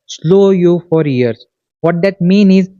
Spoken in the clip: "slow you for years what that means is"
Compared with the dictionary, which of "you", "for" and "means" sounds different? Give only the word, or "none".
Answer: means